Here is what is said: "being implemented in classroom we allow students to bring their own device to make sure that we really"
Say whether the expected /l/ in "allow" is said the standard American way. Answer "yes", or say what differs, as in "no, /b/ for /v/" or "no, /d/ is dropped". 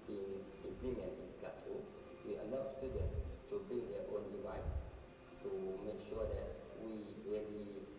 no, /n/ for /l/